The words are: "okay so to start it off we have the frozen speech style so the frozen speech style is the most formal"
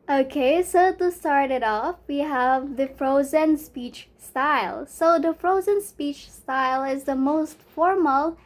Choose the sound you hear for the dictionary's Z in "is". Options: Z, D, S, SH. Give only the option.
Z